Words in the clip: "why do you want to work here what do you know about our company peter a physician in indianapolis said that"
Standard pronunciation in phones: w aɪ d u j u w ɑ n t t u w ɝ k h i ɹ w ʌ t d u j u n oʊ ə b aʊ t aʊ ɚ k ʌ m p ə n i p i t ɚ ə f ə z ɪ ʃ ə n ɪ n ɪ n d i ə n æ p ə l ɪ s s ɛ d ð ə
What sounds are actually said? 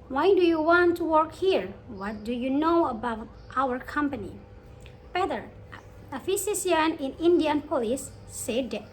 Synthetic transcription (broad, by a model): w aɪ d u j u w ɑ n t t u w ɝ k h i ɹ w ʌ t d u j u n oʊ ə b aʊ t aʊ ɚ k ʌ m p ə n i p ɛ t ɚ ə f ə s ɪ s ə n ɪ n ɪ n d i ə n p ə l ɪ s s ɛ d